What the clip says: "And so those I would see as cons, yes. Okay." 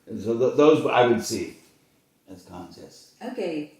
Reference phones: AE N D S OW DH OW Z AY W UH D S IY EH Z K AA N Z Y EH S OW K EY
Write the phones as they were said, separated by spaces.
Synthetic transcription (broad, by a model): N S OW DH OW Z AY W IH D S IY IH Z K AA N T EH S OW K EY